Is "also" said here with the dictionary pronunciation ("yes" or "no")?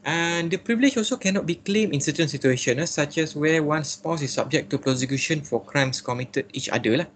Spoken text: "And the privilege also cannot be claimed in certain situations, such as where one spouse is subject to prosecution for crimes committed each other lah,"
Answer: yes